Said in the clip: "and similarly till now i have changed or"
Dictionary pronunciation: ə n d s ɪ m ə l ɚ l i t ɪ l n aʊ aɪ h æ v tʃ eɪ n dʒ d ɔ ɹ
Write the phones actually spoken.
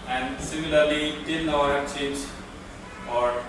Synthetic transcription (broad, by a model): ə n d s ɪ m ə l ɚ l i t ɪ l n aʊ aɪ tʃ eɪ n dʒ ɔ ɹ